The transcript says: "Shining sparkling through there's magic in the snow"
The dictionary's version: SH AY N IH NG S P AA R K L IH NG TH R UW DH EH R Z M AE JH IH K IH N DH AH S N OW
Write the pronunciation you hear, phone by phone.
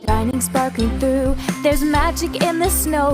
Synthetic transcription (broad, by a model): AY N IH NG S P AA R K IH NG TH R UW DH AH R Z M AE JH IH K IH N DH AH S N OW